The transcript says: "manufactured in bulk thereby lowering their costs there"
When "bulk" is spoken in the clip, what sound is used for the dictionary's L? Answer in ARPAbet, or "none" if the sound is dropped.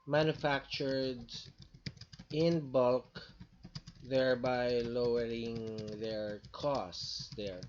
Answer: L